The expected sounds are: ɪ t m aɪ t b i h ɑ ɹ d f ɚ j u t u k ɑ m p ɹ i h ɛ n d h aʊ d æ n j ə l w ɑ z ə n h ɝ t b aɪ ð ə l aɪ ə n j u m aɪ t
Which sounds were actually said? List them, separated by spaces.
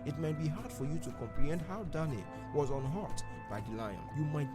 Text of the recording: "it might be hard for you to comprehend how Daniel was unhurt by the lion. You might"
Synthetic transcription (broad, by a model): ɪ t m aɪ t b i h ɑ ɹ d f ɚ j u t u k ɑ m p ɹ i h ɛ n d h aʊ d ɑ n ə w ɑ z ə n h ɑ t b aɪ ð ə l aɪ ə n j u m aɪ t